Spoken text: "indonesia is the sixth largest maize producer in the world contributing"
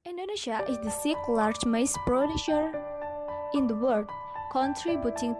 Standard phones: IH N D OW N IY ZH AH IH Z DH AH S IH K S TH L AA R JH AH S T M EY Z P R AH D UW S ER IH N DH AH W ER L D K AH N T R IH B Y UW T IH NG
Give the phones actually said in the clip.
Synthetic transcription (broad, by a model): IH N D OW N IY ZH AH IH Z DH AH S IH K L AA R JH M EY S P R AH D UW SH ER IH N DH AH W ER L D K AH N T R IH B Y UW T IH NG